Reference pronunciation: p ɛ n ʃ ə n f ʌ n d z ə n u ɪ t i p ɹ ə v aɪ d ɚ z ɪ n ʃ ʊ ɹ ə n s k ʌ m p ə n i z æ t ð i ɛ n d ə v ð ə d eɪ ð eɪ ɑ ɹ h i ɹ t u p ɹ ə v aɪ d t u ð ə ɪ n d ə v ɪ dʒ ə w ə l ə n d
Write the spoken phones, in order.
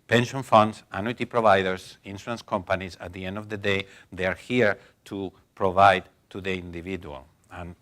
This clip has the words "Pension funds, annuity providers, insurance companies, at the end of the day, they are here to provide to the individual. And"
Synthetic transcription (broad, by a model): p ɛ n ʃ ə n f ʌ n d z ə n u t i p ɹ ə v aɪ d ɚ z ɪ n s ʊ ə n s k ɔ m p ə n i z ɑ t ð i ɛ n d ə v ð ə d eɪ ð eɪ ɑ ɹ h i ɹ t u p ɹ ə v aɪ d t u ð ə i n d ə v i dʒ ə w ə l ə n